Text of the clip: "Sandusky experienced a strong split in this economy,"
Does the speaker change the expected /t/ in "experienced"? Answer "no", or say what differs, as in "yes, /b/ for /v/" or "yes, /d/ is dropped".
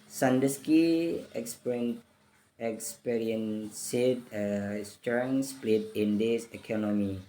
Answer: yes, /t/ is dropped